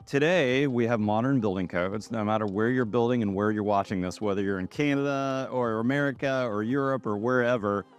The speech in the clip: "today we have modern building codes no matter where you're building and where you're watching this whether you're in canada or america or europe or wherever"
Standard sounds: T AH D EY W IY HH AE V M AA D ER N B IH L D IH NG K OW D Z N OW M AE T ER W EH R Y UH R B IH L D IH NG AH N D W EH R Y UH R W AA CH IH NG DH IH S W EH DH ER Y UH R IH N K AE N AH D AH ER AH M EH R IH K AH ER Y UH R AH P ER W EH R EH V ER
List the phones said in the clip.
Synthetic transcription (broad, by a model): T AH D EY W IY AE V M AA D ER N B IH L D IH NG K OW D Z N OW M AE T ER W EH R Y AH R B IH L D IH NG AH N W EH R Y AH R W AA CH IH NG DH IH S W EH DH ER Y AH R IH N K AE N AH D AH ER AH M EH R IH K AH ER Y UH R AH P ER W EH R EH V ER